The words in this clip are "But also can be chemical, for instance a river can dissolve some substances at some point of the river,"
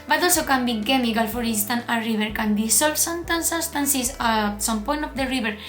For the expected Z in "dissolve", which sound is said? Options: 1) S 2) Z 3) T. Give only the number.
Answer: 1